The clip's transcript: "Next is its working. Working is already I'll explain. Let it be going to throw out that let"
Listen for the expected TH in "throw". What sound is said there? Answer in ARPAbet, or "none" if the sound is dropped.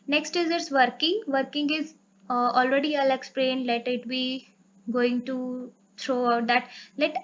T